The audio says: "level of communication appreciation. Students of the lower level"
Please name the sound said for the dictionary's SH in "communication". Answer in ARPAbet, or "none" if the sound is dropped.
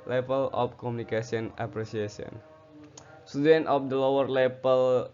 S